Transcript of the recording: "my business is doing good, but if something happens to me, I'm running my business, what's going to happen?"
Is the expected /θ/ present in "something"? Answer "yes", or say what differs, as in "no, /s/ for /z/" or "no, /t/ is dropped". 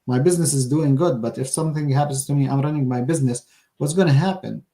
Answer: yes